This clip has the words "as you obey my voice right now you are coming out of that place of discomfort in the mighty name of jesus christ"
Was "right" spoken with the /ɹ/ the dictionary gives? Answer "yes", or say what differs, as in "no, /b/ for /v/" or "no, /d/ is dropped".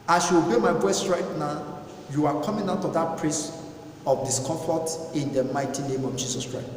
yes